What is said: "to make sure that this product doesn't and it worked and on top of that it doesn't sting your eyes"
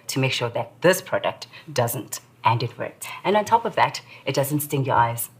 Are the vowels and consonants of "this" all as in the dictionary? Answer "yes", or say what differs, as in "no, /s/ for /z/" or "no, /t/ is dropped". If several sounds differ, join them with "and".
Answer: yes